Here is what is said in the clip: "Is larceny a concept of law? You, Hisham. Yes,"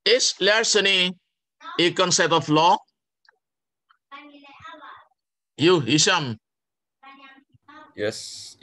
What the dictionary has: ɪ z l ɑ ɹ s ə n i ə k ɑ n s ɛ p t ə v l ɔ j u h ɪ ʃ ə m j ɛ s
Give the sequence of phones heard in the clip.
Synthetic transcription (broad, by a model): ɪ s l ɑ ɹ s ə n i ə k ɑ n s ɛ t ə f l ɔ j u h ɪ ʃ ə m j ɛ s